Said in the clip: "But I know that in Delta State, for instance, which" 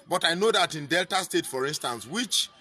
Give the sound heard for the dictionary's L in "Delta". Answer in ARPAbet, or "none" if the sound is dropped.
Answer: L